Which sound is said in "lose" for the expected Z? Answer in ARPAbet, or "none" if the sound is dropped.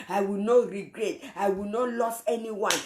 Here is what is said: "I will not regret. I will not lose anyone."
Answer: S